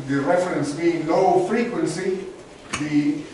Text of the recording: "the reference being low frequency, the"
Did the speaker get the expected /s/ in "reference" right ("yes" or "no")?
yes